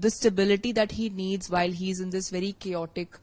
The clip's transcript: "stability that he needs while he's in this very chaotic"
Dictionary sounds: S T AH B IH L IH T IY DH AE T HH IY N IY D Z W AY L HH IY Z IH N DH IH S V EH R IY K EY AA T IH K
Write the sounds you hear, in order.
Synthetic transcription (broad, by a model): S T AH B IH L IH T IY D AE T HH IY N IY D Z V AY L HH IY Z IH N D IH S V EH R IY K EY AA T IH K